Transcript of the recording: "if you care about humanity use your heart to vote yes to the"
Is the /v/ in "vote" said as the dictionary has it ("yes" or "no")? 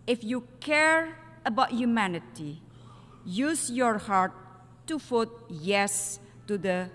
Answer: no